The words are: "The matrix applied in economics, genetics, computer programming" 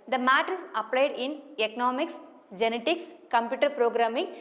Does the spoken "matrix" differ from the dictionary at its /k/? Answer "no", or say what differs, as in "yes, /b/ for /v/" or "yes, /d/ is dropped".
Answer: yes, /k/ is dropped